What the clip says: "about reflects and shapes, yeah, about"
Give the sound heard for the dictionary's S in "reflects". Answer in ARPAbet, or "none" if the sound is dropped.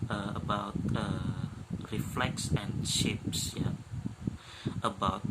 S